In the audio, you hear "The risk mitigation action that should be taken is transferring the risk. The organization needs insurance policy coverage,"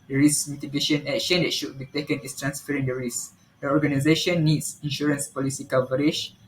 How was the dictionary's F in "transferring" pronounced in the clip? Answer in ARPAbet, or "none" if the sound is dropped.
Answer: F